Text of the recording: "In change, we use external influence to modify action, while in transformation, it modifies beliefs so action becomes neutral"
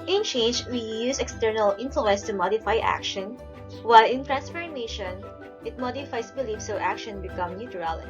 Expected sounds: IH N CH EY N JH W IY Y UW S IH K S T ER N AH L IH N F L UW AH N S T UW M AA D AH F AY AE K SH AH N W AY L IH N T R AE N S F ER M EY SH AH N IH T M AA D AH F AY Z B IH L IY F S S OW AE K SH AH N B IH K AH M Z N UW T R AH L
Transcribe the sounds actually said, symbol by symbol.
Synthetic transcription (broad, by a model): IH N CH EY N JH W IY Y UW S IH K S T ER N AH L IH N F L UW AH N S T UW M AA D AH F AY AE K SH AH N W AY L IH N T R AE N S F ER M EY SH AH N IH T M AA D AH F AY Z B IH L IY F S S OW AE K SH AH N B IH K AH M N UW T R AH L